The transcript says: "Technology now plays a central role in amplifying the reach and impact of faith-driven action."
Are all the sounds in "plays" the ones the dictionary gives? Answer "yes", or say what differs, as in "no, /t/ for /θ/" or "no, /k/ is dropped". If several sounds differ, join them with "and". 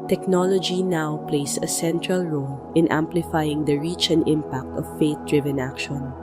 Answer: no, /s/ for /z/